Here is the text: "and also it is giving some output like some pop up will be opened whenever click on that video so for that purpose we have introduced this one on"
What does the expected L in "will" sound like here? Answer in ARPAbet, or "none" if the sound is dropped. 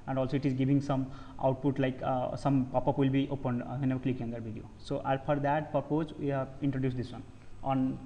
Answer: L